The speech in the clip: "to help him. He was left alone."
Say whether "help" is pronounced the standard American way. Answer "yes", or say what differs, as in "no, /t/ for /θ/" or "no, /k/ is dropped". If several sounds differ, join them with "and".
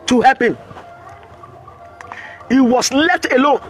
no, /l/ is dropped